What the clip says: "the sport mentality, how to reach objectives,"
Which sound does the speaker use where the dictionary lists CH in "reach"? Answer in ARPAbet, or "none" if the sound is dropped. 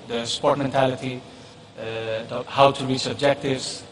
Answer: S